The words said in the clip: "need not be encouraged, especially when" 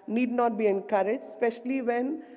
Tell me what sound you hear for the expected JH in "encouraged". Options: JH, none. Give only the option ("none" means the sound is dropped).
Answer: none